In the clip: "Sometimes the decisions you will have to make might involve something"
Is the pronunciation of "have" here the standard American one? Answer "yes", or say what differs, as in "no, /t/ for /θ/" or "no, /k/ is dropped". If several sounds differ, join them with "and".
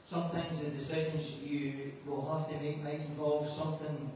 no, /f/ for /v/